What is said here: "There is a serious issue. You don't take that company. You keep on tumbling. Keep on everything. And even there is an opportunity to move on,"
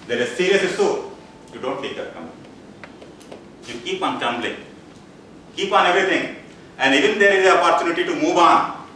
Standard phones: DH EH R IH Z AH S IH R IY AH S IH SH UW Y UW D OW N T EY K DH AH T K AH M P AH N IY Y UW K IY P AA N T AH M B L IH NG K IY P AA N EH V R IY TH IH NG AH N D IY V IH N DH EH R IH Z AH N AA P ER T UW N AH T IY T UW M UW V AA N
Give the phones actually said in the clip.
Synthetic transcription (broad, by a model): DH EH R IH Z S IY R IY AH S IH S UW Y UW D OW N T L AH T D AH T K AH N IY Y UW K IY P AA N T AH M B L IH K IY P AA N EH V R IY T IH NG AH N D IY V IH N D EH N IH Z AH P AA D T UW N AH T IY T UW M UW V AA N